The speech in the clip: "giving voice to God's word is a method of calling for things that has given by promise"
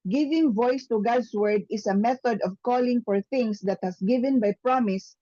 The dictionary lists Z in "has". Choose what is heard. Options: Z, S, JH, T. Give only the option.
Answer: S